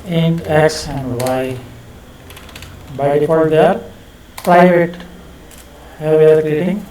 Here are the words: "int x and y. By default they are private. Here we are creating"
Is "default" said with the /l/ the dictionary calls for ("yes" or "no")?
no